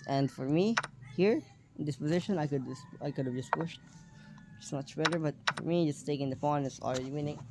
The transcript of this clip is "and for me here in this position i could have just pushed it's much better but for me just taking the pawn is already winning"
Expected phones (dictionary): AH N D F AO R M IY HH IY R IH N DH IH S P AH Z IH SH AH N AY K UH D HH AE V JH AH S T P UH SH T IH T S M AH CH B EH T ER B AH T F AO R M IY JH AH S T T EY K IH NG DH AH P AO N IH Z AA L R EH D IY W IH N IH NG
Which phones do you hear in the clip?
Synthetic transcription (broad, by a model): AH N D F AO R M IY HH IY R IH N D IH S P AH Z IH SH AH N AY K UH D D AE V JH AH S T P UH SH T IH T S M AH CH B EH T ER B AH T F AO R M IY JH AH S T T EY K IH NG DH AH F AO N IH S AA L R EH D IY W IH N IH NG